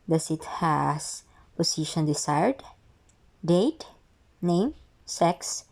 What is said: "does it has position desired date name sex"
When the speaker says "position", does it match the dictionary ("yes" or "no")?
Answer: no